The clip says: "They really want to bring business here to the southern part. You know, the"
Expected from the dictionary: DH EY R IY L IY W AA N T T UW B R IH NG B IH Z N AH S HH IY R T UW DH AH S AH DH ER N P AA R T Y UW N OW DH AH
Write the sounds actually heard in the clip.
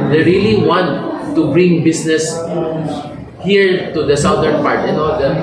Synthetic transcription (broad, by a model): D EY R IY L IY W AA N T T UW B R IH NG B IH S N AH S HH IY R T UW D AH S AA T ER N P AA R T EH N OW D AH